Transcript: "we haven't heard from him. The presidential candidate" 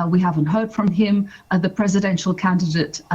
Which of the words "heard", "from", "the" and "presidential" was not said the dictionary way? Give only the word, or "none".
none